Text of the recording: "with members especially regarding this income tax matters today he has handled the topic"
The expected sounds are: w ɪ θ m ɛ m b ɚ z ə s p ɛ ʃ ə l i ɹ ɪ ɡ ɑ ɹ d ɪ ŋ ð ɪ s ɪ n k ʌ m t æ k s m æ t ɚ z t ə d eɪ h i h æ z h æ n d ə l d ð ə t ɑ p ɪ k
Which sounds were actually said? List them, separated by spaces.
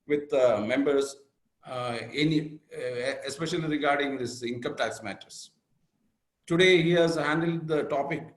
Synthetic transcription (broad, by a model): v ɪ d m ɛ m b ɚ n ə s p ɛ ʃ ə l i ɹ ɪ ɡ ɑ ɹ d ɪ ŋ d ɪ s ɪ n k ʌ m t æ k s m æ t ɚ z t ə d eɪ h i h æ z h æ n d ə l d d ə t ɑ p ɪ k